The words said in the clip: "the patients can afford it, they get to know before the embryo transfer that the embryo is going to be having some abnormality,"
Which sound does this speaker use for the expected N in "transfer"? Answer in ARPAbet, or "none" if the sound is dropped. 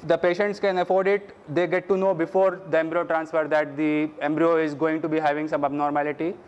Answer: N